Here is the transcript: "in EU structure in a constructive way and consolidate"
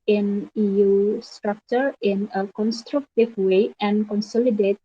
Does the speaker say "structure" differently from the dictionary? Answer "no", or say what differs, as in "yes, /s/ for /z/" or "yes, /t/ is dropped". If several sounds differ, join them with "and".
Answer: no